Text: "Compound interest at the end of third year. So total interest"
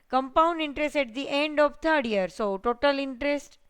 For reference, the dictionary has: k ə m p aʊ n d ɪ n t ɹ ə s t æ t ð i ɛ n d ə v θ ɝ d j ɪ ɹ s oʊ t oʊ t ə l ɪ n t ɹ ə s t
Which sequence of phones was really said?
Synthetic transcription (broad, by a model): k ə m p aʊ n d ɪ n t ɹ ə s t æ t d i ɛ n d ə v t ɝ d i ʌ ɹ s oʊ t oʊ t ə l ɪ n t ɹ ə s t